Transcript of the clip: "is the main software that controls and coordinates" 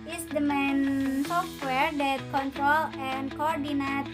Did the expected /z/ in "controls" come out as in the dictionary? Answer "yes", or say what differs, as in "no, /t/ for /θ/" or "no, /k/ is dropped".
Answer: no, /z/ is dropped